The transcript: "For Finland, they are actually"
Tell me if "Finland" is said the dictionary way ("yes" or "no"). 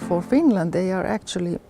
yes